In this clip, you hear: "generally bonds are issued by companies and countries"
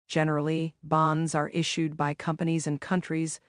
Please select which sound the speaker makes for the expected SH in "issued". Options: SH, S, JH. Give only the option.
SH